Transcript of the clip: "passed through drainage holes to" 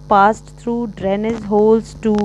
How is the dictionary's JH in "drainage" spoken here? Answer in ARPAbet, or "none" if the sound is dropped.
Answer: Z